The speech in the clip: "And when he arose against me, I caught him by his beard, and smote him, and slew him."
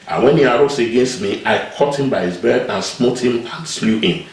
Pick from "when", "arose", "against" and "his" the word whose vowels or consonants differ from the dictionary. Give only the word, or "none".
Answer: arose